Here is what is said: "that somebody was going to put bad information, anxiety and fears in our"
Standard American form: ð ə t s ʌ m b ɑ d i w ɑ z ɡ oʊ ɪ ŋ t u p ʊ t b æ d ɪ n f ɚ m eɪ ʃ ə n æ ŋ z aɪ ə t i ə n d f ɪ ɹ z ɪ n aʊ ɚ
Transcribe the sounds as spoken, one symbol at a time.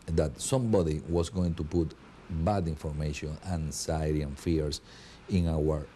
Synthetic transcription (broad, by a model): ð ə t s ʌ m b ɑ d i w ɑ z ɡ oʊ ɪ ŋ t u p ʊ t b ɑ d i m f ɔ m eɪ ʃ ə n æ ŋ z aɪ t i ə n f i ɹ s ɪ n aʊ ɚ